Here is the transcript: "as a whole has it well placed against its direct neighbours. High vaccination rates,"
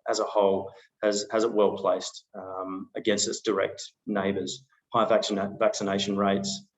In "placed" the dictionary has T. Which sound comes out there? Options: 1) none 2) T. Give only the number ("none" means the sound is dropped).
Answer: 2